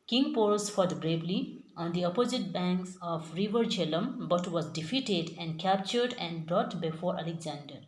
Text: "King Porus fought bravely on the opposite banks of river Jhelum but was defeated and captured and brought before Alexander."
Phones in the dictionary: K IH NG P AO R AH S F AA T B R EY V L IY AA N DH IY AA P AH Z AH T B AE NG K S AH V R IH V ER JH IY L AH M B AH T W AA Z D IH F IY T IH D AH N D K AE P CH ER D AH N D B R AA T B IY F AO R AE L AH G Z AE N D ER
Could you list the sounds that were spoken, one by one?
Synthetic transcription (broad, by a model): K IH NG P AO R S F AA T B R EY B L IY AA N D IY AA P AH Z AH T B AE NG K S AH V R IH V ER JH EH L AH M B AH T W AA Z D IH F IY T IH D AH N D K AE P CH ER D AH N D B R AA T B IY F AO R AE L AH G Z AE N D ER